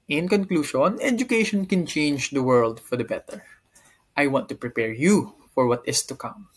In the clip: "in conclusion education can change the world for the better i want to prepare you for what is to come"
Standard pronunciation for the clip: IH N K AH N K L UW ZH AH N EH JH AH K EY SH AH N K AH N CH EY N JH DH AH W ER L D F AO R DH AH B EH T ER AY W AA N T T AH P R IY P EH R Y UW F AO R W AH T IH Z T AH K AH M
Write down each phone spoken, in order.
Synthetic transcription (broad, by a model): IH N K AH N K L UW SH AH N EH JH AH K EY SH AH N K AH N CH EY N JH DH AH W ER L D F AO R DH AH B EH T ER AY W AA N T T AH P R IY P EH R Y UW F AO R W AH T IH S T AH K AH M